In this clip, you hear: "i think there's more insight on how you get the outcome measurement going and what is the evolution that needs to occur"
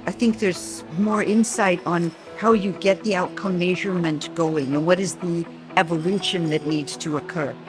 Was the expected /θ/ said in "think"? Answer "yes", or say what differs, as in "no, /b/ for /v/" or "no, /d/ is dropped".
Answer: yes